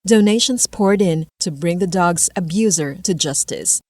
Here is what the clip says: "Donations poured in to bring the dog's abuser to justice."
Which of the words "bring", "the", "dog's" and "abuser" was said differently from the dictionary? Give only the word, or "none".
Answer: none